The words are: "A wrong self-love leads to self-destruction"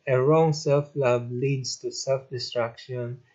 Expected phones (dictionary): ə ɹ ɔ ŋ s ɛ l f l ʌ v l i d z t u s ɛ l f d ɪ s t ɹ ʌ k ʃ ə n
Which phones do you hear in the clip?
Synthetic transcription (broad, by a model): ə ɹ ɔ ŋ s ɛ l f l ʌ b l i d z t u s ɛ l f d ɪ s t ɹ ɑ k ʃ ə n